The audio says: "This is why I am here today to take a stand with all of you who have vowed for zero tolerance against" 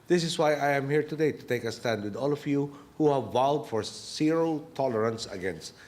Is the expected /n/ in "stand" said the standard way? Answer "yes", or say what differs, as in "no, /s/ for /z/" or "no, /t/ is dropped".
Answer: yes